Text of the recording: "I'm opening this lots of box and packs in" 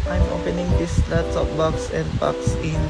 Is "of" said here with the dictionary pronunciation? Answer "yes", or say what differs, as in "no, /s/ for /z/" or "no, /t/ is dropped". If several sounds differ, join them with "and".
no, /p/ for /v/